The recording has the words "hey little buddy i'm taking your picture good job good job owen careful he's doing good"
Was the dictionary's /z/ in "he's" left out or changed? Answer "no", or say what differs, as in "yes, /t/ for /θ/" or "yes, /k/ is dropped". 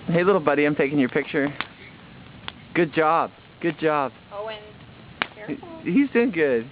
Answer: no